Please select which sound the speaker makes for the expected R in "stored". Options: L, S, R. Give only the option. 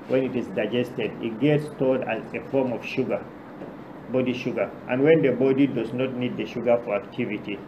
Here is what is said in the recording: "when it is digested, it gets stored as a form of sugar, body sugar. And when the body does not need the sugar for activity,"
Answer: L